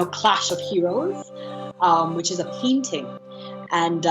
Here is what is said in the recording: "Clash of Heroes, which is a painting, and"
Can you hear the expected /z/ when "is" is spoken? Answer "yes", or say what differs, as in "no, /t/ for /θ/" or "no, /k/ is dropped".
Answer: yes